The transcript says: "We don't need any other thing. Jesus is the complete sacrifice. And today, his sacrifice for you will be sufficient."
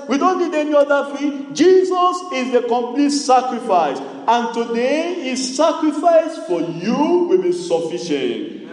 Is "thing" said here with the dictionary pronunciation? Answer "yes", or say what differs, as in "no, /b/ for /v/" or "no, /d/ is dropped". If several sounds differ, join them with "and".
no, /f/ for /θ/